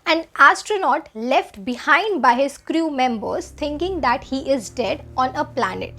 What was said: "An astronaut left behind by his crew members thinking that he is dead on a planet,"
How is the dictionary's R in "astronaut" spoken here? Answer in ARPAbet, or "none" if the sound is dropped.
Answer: R